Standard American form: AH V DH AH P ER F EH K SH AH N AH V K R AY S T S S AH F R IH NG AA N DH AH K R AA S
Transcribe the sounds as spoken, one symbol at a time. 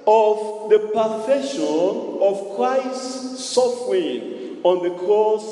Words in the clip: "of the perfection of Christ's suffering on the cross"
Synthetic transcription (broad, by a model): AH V DH AH P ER F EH SH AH N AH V K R AY S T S S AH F R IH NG AA N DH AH K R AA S